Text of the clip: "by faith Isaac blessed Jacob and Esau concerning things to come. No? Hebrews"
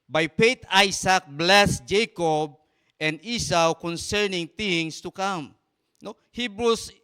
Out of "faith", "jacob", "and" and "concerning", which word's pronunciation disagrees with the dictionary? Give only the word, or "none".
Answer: faith